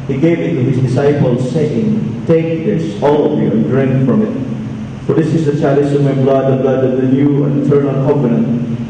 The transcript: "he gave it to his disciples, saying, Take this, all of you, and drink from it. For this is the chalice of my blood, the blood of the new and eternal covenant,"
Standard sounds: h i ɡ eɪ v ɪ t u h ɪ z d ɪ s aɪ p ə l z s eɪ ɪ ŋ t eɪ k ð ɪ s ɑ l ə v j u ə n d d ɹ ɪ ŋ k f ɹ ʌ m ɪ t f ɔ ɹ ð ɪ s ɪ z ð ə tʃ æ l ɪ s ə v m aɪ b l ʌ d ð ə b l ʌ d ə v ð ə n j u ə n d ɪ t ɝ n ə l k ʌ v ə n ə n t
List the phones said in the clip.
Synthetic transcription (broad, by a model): h i ɡ eɪ v ɪ t u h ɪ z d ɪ s aɪ p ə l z s eɪ ɪ ŋ t eɪ k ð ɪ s ɑ l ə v j u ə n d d ɹ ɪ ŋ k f ɹ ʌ m ɪ t f ɔ ɹ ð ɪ s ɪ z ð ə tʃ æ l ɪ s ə m aɪ b l ʌ d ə b l ʌ d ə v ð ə l j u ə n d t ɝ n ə n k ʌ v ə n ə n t